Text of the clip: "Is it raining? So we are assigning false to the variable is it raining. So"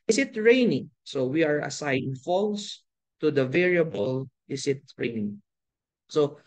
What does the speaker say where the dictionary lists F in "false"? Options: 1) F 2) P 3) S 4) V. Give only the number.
1